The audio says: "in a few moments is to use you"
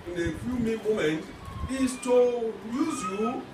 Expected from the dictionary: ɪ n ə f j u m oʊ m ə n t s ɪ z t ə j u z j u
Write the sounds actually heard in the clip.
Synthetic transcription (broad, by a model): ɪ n ə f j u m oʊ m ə n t ɪ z t ə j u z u